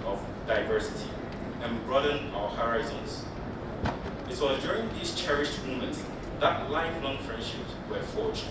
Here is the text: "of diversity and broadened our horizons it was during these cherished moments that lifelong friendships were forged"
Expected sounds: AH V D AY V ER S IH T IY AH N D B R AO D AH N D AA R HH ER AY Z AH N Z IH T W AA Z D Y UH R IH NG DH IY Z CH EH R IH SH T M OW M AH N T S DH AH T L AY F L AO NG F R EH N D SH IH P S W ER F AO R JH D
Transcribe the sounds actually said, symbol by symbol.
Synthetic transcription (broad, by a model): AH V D AY V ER S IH T IY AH N B R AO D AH N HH AA R AY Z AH N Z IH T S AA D Y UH R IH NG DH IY S CH EH R IH SH T M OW M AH N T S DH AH T L AY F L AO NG F R EH N D SH IH P S W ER F AO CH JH